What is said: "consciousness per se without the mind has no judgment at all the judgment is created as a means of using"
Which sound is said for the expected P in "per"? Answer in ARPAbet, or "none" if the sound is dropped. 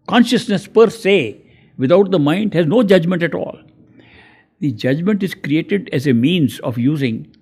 P